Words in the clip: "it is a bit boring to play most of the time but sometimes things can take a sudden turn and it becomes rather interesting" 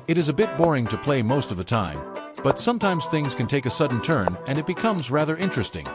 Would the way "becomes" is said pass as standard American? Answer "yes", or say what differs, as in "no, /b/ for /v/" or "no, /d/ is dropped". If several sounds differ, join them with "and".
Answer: yes